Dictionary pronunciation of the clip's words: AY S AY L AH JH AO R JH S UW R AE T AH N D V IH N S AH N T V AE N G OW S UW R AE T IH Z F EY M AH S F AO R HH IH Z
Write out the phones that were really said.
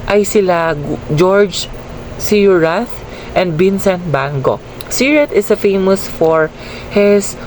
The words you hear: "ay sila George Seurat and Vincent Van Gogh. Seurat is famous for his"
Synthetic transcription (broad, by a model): AY S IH L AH JH AO R JH S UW R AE T AH N D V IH N S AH N T B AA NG G OW S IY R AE T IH S F EY M AH S F AO R HH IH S